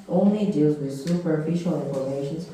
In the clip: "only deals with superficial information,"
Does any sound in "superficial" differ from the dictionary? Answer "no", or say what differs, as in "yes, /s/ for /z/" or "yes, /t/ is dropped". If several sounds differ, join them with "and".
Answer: no